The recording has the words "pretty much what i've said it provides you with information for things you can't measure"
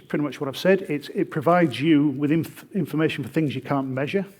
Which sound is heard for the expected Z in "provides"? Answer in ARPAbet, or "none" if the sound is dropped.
Z